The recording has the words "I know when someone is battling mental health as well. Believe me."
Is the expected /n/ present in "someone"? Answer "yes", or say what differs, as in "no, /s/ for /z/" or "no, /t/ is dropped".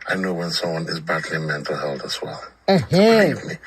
yes